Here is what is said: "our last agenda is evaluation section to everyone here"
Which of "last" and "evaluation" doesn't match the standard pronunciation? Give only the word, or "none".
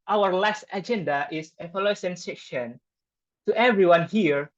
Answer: evaluation